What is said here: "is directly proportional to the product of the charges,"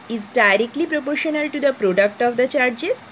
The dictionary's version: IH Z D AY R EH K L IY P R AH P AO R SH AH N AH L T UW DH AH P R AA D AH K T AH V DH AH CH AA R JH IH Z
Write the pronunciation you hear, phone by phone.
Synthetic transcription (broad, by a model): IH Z D AY R EH K L IY P R AH P AO R SH AH N AH L T UW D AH P R AA D AH K T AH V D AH CH AA R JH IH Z